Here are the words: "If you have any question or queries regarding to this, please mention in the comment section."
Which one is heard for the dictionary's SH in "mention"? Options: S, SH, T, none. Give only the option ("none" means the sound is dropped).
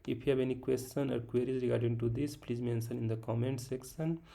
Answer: S